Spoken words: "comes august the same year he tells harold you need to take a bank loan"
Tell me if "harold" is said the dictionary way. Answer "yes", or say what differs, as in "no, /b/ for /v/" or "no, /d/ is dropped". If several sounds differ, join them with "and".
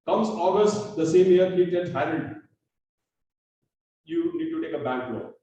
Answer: no, /l/ is dropped